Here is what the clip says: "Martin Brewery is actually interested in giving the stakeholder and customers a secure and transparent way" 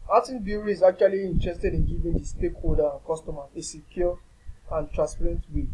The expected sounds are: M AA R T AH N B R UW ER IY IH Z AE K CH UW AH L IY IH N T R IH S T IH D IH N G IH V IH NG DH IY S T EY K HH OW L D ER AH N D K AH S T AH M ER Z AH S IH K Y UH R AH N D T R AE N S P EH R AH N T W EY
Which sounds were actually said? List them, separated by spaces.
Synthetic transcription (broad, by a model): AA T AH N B UW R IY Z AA K CH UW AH L IY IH N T R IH S T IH D IH N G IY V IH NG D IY S T EY K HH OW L D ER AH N K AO S T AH M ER AH S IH K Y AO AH N T R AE N S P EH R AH N T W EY